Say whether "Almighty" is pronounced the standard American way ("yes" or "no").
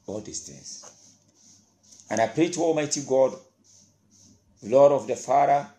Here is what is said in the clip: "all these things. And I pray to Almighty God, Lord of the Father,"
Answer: yes